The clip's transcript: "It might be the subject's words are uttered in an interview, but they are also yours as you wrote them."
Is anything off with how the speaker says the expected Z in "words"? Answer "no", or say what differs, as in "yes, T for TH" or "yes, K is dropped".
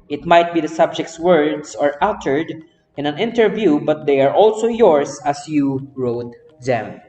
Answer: yes, S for Z